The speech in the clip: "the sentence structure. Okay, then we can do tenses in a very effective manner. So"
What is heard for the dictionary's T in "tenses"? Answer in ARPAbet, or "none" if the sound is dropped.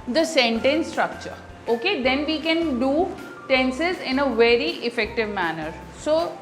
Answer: T